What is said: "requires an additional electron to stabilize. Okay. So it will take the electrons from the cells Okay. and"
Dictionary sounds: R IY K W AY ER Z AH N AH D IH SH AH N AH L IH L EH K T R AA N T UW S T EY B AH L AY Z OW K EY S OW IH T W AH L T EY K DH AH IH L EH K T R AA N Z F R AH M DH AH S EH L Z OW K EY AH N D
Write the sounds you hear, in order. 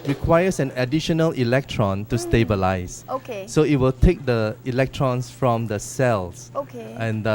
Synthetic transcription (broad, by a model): R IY K W AY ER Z AH N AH D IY SH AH N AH L IH L EH K T R AA N T UW S T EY B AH L AY S OW K EY S OW IH T W AH L T EY K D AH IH L EH K T R AA N S F R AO M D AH S EH L S OW K EY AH N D